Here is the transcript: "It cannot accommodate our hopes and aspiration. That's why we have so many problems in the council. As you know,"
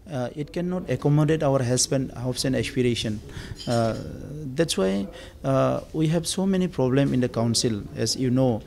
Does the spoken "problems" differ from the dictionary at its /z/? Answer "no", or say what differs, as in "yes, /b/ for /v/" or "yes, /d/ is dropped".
yes, /z/ is dropped